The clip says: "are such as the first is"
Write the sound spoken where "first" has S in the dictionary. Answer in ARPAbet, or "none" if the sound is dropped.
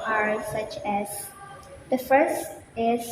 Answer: S